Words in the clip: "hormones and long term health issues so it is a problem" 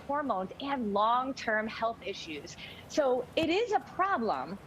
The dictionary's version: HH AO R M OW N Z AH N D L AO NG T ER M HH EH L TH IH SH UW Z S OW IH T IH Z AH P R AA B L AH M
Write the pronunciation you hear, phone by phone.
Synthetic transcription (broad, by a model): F AO R M OW N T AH N L AO NG T ER M HH EH L TH IH SH UW Z S OW IH T IH Z AH P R AA B L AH M